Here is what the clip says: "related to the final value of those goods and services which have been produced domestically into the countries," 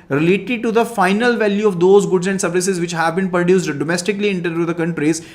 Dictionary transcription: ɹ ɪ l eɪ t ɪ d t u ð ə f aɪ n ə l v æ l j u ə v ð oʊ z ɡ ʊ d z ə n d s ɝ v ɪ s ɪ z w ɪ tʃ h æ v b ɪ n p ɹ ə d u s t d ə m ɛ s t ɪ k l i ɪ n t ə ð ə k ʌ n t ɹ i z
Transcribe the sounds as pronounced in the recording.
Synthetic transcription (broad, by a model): ɹ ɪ l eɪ t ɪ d t u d ə f aɪ n ə l v æ l j u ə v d oʊ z ɡ ʊ d z ə n d s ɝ v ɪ s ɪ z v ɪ tʃ h æ v b ɪ n p ɹ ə d u s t d ə m ɛ s t ɪ k l i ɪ n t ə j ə k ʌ n t ɹ i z